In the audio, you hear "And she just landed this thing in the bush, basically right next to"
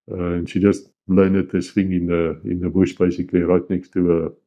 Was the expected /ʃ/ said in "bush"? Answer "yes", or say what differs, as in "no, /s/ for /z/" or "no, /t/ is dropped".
yes